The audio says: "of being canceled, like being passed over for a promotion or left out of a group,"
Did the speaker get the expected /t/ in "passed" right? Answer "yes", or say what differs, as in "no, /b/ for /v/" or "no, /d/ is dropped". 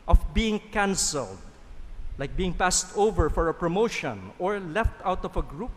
yes